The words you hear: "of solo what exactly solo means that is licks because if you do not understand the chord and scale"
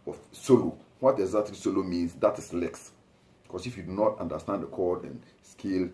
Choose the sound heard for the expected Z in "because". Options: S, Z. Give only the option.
S